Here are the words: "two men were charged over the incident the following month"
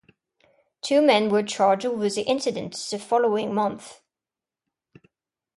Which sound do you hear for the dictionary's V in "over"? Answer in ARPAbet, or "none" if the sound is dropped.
none